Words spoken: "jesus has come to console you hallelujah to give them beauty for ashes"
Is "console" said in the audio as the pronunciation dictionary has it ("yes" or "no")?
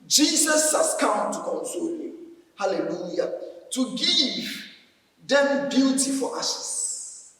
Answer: yes